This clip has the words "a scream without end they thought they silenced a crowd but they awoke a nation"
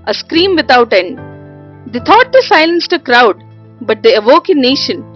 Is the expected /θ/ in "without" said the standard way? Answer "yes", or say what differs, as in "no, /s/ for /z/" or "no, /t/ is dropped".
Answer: no, /t/ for /θ/